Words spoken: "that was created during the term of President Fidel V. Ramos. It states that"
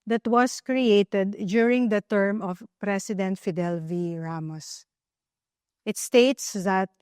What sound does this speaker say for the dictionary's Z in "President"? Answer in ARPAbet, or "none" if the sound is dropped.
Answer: S